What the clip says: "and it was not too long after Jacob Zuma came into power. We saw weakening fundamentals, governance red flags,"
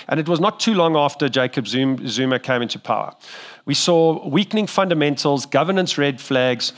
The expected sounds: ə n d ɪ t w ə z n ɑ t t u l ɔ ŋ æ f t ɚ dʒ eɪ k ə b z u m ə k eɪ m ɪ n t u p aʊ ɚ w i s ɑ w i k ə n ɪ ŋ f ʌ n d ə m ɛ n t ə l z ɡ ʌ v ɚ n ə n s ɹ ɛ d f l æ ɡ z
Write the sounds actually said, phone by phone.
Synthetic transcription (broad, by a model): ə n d ɪ t w ə z n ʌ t t u l ɔ ŋ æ f t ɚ dʒ eɪ k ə b z u m ə k eɪ m ɪ n t u p aʊ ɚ w i s ɑ w i k n ɪ ŋ f ʌ n d ə m ɛ n t ə l z ɡ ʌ v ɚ n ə n s ɹ ɛ d f l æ ɡ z